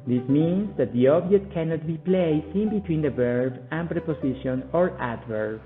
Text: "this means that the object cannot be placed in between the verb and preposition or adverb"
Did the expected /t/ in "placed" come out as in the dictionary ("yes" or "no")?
no